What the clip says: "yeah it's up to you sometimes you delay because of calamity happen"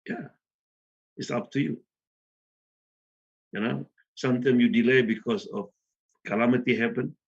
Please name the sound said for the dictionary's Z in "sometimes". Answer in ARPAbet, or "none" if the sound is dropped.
none